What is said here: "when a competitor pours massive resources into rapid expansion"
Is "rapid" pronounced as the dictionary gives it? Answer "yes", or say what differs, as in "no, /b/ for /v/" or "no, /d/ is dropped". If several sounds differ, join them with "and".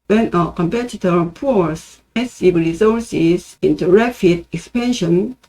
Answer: no, /f/ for /p/